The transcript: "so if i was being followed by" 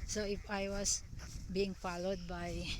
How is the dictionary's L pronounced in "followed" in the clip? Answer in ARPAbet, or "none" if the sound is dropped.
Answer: L